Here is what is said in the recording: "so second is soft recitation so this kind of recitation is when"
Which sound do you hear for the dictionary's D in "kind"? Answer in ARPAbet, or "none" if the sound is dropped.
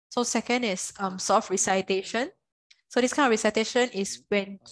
none